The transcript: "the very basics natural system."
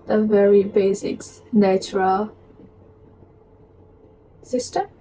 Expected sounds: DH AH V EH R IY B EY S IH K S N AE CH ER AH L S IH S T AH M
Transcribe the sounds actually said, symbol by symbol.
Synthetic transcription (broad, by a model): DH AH V EH R IY B EY S IH K S N AE CH ER AH L S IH S T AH